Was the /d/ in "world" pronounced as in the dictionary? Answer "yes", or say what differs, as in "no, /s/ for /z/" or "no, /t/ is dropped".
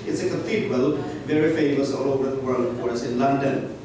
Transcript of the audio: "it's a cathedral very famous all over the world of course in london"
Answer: no, /d/ is dropped